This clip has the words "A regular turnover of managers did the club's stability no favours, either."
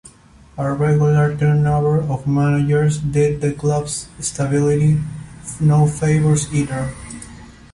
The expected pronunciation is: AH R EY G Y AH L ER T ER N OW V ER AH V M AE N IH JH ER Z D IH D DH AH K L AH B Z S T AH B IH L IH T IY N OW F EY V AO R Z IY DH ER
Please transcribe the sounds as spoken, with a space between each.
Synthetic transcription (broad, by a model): AH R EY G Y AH L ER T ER N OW B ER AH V M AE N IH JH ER S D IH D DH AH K L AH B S S T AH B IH L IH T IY N OW F EY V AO R S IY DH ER